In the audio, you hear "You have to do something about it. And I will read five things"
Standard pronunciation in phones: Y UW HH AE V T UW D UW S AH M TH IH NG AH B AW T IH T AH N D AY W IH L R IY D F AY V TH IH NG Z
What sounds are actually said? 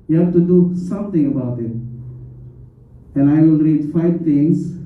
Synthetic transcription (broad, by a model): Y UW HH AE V T UW D UW S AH M T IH NG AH B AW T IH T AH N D AY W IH L R IY D F AY V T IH NG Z